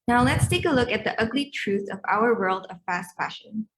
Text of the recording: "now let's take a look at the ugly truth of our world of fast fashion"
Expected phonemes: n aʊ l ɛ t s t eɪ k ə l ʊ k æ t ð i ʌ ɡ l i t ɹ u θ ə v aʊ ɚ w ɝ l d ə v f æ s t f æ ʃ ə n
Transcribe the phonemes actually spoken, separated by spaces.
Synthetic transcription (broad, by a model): n aʊ l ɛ t s t eɪ k ə l ʊ k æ t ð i ʌ ɡ l i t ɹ u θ ə v aʊ ɚ w ɝ l d ə v f æ s t f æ ʃ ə n